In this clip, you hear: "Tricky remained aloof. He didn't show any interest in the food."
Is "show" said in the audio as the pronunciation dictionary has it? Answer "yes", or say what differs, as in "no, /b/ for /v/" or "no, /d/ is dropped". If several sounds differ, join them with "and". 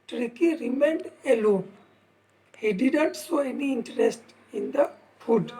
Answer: no, /s/ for /ʃ/